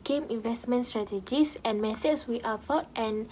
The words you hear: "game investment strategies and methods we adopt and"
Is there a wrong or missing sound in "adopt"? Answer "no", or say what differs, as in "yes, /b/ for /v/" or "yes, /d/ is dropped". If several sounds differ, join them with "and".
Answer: yes, /p/ is dropped